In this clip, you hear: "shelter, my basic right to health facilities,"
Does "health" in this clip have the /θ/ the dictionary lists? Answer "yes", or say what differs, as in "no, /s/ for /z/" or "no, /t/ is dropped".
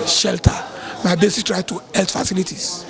no, /t/ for /θ/